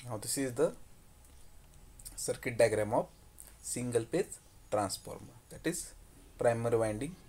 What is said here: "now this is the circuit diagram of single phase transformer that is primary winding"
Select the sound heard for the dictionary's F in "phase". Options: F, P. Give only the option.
P